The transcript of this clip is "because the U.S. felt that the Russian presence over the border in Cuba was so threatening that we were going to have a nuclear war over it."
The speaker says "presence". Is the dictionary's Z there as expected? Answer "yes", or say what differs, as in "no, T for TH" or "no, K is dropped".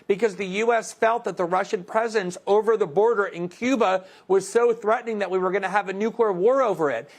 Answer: yes